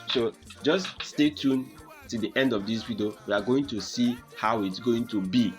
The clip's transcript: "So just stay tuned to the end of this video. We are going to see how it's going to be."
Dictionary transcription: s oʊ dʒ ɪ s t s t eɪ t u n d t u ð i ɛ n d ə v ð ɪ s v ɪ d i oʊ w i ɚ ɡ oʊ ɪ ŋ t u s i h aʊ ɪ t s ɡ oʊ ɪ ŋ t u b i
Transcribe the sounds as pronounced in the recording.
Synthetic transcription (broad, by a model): s oʊ dʒ ɪ s t s t eɪ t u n t u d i ɛ n d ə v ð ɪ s w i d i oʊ w i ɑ ɡ oʊ ɪ ŋ t u s i h aʊ ɪ t s ɡ oʊ ɪ ŋ t u b i